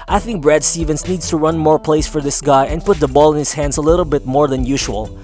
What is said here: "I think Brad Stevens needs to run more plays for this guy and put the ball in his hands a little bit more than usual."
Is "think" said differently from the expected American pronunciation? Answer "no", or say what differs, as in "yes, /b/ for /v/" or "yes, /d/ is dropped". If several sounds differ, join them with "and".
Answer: no